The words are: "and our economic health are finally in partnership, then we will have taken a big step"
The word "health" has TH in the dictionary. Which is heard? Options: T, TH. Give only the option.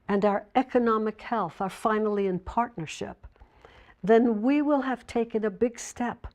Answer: TH